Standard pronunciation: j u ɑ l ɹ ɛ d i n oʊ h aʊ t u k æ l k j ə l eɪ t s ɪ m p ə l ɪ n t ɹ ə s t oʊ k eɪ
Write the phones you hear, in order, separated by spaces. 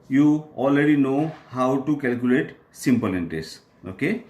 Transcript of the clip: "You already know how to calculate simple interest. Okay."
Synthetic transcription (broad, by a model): j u ɑ l ɹ ɛ d i n oʊ h aʊ t u k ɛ l k j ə l eɪ t s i m p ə l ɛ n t ə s oʊ k eɪ